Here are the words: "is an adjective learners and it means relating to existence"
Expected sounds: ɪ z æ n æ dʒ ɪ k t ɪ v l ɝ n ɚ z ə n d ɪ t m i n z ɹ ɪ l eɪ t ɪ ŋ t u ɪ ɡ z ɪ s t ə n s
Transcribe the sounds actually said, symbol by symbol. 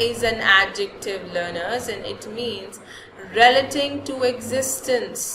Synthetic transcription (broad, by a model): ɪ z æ n æ dʒ ɪ k t ɪ v l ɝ n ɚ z ə n d ɪ t m i n z ɹ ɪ l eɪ t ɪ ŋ t u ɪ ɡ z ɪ s t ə n s